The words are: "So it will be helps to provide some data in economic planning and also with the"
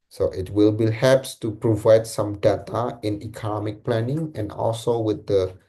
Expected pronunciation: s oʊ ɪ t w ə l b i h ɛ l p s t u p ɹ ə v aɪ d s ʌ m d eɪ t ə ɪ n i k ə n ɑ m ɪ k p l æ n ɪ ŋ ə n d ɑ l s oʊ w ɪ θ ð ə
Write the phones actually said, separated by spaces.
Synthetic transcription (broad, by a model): s oʊ ɪ t w ə l b i h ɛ p s t u p ɹ ə v aɪ d s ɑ m d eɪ t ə ɪ n i k ə n ɑ m ɪ k p l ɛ n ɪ ŋ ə n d ɑ l s oʊ w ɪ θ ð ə